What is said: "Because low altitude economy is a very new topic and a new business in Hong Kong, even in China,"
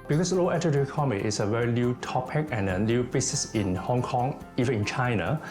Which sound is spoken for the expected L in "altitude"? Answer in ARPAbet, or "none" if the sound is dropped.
none